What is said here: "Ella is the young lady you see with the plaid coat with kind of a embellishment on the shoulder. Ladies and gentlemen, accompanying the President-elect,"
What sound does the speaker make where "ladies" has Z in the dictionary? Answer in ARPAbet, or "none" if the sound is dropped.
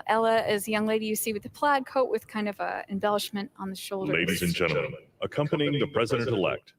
Z